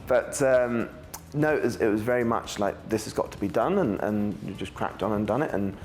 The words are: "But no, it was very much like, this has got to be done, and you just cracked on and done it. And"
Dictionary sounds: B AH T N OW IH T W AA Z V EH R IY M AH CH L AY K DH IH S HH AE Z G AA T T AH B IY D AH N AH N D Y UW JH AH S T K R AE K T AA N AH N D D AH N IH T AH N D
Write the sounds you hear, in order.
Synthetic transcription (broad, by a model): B AH T N OW IH T W AA Z V EH R IY M AH CH L AY K DH IH S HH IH Z G AA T T AH B IY D AH N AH N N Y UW JH AH S K R AE K T N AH N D D AH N IH T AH N